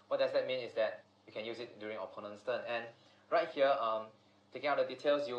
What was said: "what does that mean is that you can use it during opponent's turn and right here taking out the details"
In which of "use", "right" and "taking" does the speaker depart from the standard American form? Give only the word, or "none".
none